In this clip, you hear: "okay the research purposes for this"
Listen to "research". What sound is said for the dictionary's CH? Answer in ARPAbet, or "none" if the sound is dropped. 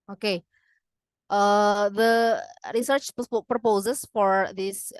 CH